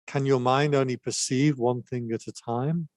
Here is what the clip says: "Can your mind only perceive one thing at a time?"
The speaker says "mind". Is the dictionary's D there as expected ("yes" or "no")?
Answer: yes